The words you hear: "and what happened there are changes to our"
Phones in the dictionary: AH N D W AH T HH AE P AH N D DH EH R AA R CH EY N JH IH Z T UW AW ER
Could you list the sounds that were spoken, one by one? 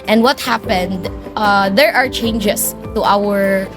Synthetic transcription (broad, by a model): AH N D W AH T HH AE P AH N D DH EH R AA R CH EY N JH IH S T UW AW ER